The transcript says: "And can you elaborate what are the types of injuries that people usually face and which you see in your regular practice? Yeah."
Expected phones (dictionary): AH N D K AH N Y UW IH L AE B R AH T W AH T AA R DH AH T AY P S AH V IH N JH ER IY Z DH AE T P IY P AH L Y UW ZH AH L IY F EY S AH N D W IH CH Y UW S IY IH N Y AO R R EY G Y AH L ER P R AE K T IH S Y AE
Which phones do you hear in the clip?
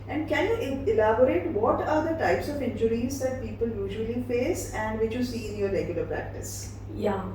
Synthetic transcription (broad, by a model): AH N D K AH N Y UW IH L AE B R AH T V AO T AA R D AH T AY P S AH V IH N JH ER IY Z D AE T P IY P AH L Y UW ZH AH L IY F EY S AH N D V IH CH Y UW S IY IH N Y AO R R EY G Y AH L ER P R AE K T IH S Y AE